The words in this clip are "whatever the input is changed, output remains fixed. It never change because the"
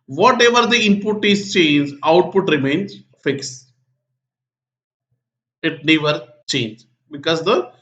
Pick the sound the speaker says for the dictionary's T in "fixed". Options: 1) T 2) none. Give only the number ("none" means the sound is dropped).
2